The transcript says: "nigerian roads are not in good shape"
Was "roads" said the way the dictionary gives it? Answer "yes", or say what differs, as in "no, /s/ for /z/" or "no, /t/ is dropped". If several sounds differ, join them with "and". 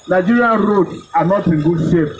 no, /z/ is dropped